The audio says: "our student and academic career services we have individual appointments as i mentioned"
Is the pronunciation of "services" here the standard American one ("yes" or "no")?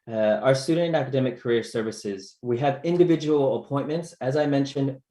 yes